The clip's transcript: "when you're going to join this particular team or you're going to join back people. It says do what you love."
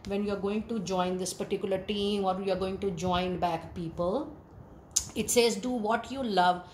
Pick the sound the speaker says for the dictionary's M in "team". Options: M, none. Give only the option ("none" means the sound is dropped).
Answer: M